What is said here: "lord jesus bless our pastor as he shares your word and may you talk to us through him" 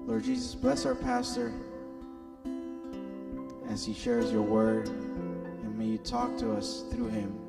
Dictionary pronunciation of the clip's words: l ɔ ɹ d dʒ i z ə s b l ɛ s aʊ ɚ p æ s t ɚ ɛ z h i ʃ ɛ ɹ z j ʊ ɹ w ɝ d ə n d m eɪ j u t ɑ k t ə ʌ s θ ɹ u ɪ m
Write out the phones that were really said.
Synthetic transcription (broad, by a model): l ɔ ɹ d dʒ i z ə s b l ɛ s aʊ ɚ p æ s t ɚ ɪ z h i ʃ ɛ ɹ z j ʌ ɹ w ɝ d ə n m eɪ j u t ɑ k t ə ʌ s θ ɹ u ɪ m